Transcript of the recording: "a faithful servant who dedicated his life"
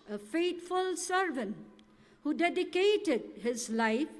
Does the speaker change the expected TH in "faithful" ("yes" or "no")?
yes